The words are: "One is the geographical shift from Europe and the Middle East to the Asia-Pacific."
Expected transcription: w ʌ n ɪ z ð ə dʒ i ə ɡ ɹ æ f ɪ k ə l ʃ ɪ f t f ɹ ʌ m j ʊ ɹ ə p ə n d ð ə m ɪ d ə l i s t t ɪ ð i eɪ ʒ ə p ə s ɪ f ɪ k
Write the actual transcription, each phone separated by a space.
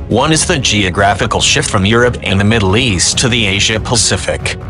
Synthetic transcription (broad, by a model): w ʌ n ɪ z ð ə dʒ i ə ɡ ɹ æ f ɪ k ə l ʃ ɪ f t f ɹ ʌ m j ʊ ɹ ə p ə n ð ə m ɪ d l i s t t ɪ ð i eɪ ʒ ə p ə s ɪ f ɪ k